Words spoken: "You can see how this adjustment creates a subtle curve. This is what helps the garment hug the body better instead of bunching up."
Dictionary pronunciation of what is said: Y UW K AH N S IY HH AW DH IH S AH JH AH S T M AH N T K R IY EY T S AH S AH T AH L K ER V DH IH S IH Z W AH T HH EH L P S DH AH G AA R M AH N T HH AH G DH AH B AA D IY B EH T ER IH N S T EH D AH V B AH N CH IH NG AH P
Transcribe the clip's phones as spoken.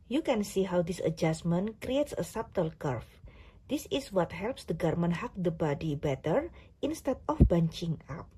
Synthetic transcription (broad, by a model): Y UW K AH N S IY HH AW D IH S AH JH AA S M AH N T K R IY EY T S AH S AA T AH L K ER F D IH S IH S W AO T HH EH L P S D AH G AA R M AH N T HH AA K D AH B AA D IY B EH T ER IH N S T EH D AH F B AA N CH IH NG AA P